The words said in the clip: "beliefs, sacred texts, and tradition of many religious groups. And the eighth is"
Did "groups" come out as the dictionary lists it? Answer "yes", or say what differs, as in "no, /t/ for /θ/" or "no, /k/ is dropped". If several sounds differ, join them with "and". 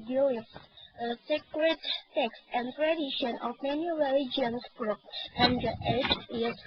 no, /s/ is dropped